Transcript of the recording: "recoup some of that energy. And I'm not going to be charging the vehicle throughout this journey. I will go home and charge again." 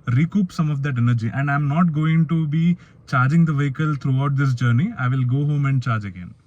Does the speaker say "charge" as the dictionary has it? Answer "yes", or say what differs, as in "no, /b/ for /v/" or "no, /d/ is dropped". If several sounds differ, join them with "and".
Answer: yes